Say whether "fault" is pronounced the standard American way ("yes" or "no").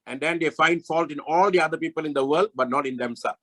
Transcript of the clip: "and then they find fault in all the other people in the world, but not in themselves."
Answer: yes